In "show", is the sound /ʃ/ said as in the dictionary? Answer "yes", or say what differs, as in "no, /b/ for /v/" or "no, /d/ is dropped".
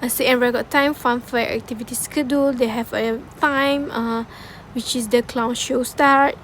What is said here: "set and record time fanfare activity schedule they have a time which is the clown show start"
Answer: yes